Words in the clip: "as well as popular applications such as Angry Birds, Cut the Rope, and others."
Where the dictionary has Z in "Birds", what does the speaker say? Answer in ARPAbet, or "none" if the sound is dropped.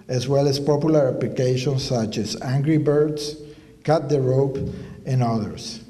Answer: S